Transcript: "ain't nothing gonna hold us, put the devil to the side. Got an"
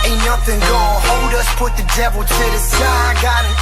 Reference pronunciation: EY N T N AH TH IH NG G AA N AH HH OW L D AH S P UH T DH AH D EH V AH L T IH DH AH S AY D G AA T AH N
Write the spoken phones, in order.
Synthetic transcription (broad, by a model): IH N N AH TH IH NG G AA AH HH OW L D AH S P UH T DH AH D EH V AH L T IH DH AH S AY G AA T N